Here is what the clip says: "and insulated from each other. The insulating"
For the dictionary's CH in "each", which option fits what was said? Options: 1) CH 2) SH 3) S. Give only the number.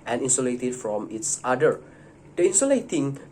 3